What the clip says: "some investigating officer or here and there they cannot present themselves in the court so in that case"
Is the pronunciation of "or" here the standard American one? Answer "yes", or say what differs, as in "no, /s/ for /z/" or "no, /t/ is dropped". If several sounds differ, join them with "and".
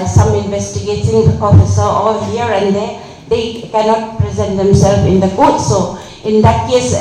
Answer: no, /l/ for /ɹ/